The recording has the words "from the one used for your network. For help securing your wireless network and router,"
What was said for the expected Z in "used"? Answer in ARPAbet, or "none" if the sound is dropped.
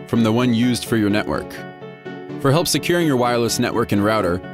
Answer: Z